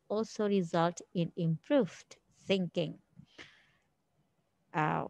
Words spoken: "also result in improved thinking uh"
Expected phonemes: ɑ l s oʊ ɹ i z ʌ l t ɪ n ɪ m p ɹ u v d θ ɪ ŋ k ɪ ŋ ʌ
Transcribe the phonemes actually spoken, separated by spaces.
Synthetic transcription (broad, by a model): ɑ l s oʊ ɹ i z ʌ l t ɪ n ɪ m p ɹ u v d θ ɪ ŋ k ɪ ŋ